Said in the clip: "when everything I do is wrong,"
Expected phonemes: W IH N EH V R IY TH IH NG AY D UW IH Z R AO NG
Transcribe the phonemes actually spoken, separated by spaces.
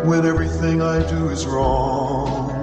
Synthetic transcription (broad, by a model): W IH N EH V R IY TH IH NG AY D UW IH Z R AO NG